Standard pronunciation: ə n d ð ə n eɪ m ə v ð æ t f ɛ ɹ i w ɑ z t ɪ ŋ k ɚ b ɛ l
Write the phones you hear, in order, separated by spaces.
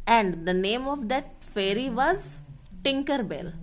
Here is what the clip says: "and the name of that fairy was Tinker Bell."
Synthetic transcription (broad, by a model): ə n d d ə n eɪ m ə v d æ t f ɛ ɹ i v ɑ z t ɪ ŋ k ɚ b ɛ l